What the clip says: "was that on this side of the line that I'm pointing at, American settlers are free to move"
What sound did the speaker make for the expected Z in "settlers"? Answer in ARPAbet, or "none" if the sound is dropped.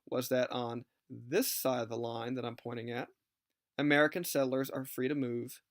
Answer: Z